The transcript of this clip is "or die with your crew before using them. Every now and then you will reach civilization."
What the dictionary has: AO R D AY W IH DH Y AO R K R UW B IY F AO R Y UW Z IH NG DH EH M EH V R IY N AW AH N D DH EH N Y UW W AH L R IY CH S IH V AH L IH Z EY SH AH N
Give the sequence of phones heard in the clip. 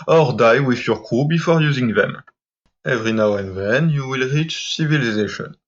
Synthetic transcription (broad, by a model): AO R D AY W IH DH Y AO R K UW B IY F AO R Y UW Z IH NG DH EH M EH V R IY N AW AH N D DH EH N Y UW W AH L R IY CH S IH V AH L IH Z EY SH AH N